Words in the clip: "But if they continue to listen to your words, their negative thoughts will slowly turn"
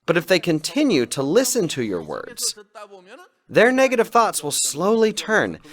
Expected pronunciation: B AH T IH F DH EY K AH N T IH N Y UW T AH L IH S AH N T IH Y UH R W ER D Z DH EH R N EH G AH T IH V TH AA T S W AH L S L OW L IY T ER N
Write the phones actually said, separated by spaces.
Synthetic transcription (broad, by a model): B AH T IH F DH EY K AH N T IH N Y UW T AH L IH S AH N T IH Y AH R W ER D Z DH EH R N EH G AH T IH V TH AA T S W AH L S L OW L IY T ER N